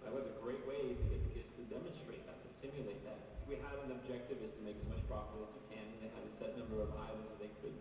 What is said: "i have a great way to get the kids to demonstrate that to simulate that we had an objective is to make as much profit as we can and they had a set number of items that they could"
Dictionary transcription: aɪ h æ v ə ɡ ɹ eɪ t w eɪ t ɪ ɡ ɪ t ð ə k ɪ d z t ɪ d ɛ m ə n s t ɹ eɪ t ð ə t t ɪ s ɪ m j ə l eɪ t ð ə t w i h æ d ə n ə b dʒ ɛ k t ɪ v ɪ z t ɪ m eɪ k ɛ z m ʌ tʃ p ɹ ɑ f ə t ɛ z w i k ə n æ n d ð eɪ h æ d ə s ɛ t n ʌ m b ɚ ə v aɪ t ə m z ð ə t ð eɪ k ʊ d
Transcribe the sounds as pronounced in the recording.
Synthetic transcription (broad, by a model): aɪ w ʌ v ə ɡ ɹ eɪ t w eɪ ɪ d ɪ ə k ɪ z t ɪ d ɛ m ə n s t ɹ eɪ t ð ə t t ɪ s ɪ m j ə l eɪ t ð ə t w i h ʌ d ə n ə b dʒ ɛ k t ɪ v ɪ z t ɪ m eɪ k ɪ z m ʌ tʃ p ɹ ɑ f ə ʌ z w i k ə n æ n ð eɪ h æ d ə s ɛ t n ʌ m b ɚ ə v aɪ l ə z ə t ð eɪ k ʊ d